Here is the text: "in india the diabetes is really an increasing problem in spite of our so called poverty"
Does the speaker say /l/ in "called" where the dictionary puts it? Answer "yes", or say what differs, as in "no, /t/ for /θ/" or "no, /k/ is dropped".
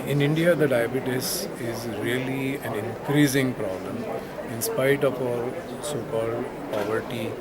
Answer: yes